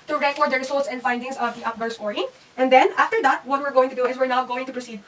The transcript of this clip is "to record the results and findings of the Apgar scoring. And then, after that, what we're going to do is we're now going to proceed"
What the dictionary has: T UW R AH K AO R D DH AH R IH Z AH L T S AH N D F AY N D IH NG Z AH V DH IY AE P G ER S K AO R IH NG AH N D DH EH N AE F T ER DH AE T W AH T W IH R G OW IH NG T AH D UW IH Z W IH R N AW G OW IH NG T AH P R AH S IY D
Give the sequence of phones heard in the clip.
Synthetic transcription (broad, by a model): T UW R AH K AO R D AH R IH S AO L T S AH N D F AY N D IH NG S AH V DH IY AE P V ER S AO R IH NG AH N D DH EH N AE F T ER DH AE T W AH T W IH R G OW IH NG T AH D UW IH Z W IH R N AW G OW IH NG T AH P R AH S IY D